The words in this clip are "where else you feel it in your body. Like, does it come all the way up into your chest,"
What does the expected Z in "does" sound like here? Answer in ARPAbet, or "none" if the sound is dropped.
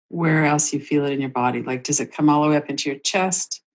Z